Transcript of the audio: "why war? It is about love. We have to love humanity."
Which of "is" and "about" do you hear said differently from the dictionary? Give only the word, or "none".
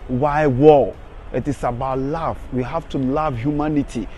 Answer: is